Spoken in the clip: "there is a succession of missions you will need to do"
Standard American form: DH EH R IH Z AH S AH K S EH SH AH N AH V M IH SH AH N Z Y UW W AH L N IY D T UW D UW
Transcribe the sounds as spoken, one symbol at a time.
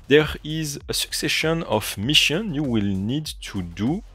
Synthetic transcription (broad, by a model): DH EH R IH Z AH S AH K S EH SH AH N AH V M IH SH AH N Y UW W AH L N IY D T UW D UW